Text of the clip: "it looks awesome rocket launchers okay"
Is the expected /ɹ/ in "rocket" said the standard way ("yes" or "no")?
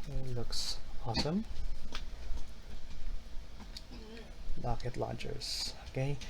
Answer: no